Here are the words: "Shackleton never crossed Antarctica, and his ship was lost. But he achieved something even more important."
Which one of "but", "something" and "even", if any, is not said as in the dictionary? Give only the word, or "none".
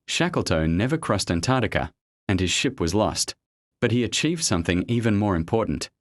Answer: none